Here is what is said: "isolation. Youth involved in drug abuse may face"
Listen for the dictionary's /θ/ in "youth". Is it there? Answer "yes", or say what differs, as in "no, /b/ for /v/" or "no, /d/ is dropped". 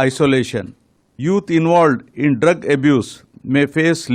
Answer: no, /t/ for /θ/